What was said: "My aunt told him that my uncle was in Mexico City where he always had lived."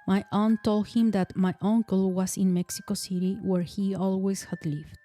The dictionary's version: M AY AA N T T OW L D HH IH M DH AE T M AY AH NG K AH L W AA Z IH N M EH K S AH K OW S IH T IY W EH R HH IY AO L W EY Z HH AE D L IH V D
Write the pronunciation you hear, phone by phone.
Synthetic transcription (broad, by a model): M AY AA N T T OW L D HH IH M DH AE T M AY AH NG K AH L W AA S IH N M EH K S AH K OW S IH T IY W EH R HH IY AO L W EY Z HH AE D L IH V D